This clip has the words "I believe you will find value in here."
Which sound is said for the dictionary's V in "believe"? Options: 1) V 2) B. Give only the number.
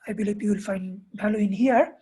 2